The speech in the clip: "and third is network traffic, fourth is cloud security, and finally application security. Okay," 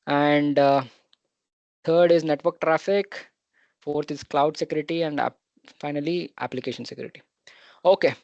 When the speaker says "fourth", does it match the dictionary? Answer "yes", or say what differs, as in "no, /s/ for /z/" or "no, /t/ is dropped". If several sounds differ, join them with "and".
no, /t/ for /θ/